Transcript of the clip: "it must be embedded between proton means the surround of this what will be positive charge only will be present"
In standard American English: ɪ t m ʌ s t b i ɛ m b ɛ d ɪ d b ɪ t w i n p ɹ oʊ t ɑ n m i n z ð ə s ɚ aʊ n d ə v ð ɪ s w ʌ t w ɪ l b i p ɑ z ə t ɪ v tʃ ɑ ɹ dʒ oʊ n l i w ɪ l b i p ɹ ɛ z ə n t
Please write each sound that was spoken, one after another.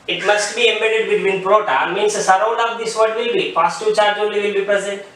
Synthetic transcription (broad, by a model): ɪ t m ʌ s t b i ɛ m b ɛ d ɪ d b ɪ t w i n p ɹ oʊ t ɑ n m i n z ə s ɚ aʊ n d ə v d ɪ s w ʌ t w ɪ l b i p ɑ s t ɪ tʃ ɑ ɹ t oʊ l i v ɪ l b i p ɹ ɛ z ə n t